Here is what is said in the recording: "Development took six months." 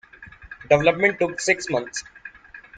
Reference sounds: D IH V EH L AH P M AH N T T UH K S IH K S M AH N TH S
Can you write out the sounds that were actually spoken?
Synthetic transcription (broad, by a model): D IH V EH L AH P M AH N T T UH K S IH K S M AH N T S